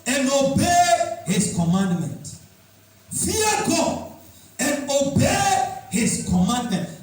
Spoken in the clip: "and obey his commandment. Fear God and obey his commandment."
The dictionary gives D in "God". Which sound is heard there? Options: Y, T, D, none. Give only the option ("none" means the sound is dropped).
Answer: none